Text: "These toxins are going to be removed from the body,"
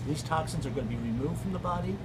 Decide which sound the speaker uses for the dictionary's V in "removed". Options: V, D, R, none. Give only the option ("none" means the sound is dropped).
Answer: V